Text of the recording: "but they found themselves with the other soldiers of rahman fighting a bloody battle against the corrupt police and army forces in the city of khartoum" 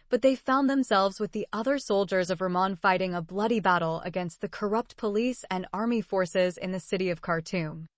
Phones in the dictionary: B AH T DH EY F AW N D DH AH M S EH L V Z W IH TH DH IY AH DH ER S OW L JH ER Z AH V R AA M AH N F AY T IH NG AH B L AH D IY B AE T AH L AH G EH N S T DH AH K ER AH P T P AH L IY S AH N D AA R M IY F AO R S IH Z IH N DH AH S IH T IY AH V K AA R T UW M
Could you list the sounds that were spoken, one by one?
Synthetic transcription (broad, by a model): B AH T DH EY F AW N DH AH M S EH L V Z W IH DH IY AH DH ER S OW L JH ER Z AH V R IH M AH N F AY T IH NG AH B L AH D IY B AE T L AH G EH N S T DH AH K ER AH P T P AH L IY S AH N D AA R M IY F AO R S IH Z IH N DH AH S IH T IY AH V K AA R T UW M